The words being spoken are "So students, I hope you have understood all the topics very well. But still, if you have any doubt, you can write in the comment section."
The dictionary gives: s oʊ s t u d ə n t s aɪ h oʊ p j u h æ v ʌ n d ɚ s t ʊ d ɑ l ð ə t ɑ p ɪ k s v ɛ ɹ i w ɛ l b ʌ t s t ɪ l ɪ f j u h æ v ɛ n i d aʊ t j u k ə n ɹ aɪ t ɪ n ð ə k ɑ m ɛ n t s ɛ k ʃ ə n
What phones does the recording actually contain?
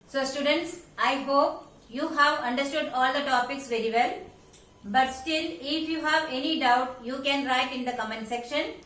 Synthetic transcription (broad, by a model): s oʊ s t u d ə n t s aɪ h oʊ p j u h æ v ʌ n d ɚ s t ʊ d ɑ l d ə t ɑ p ɪ k s v ɛ ɹ i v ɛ l b ʌ t s t ɪ l ɪ f j u h æ v ɛ n i d aʊ t j u k ə n ɹ aɪ t ɪ n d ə k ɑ m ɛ n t s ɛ k ʃ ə n